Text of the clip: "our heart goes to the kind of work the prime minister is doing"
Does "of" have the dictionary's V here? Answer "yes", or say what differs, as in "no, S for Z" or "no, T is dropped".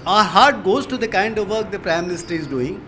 yes